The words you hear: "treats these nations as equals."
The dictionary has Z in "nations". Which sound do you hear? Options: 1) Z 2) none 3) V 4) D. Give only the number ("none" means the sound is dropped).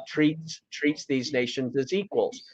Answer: 1